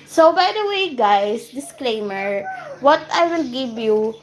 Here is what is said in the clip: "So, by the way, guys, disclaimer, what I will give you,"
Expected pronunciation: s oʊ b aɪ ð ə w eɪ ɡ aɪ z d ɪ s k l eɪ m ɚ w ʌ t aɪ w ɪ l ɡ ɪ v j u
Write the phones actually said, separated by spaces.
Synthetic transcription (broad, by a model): s oʊ b aɪ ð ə w eɪ ɡ aɪ s d ɪ s k l eɪ m ɚ w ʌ t aɪ w ɪ l ɡ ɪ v j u